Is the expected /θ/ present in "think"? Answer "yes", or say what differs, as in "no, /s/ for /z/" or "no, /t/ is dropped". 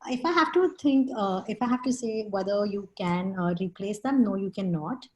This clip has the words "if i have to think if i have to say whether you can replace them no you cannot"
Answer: no, /t/ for /θ/